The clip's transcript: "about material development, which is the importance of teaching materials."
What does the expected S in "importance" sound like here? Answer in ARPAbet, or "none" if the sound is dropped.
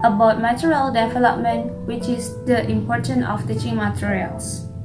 none